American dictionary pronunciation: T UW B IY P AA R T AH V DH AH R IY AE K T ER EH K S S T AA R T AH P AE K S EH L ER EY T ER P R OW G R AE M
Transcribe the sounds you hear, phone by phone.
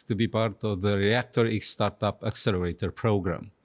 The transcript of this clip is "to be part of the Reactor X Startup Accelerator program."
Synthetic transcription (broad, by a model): T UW B IY P AA R T AH V DH AH R IY AE K T ER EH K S S T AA R T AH P AE K S EH L ER EY T ER P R OW G R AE M